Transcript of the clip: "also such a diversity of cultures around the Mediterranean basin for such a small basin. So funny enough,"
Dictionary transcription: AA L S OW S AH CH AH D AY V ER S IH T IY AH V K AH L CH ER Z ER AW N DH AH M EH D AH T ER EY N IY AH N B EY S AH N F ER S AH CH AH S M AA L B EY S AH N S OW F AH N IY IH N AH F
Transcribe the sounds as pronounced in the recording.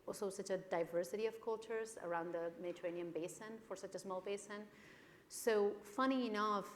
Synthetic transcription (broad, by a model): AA L S OW S AH CH AH D AY V ER S IH T IY AH V K AH L CH ER Z ER AW N DH AH M EH D AH T ER EY N IY AH N B EY S AH N F ER S AH CH AH S M AA L B EY S AH N S OW F AH N IY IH N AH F